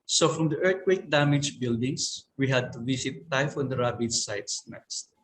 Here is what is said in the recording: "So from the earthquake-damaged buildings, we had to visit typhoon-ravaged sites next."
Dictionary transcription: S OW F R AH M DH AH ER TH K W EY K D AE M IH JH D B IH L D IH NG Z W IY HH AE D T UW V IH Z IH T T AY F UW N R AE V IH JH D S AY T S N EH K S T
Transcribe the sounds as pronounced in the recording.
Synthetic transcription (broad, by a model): S OW F R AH M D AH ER T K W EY K D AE M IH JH B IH L D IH NG S W IY HH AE D T UW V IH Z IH T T AY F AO N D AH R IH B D S AY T S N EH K S T